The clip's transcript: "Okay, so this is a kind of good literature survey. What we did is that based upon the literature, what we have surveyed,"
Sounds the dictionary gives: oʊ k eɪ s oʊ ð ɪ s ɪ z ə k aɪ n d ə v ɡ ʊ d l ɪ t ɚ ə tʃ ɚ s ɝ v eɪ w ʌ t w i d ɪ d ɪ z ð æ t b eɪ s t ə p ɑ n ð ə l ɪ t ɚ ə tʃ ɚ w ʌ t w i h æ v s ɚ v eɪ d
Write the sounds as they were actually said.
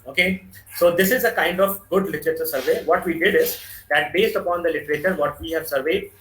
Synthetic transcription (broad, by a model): oʊ k eɪ s oʊ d ɪ s ɪ z ə k aɪ n d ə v ɡ ʊ d l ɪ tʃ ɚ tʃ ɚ s ɝ v eɪ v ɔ t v i d ɪ d ɪ z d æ t b eɪ s t ə p ɑ n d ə l ɪ t ɚ ə tʃ ɚ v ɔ t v i h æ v s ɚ v eɪ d